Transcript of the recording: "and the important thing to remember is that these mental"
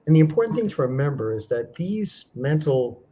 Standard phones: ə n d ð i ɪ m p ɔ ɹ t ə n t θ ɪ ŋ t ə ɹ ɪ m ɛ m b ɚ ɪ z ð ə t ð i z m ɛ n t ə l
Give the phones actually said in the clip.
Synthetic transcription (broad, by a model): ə n ð i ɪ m p ɔ ɹ t n θ ɪ ŋ t ə ɹ ɪ m ɛ m b ɚ ɪ z ð ə t ð i z m ɛ n t l